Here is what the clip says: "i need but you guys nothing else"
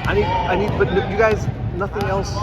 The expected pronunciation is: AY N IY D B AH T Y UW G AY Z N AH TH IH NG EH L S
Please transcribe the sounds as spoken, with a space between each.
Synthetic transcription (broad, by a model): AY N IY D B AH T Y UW G AY Z N AH TH IH NG EH L S